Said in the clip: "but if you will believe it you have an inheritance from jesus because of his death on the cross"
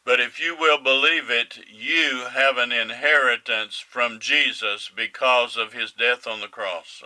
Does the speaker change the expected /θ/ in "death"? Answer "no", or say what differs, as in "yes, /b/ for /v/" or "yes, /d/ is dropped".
no